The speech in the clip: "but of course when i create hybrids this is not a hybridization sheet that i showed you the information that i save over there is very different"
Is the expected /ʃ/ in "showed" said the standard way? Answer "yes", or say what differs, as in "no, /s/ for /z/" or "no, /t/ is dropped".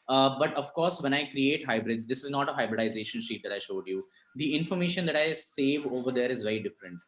yes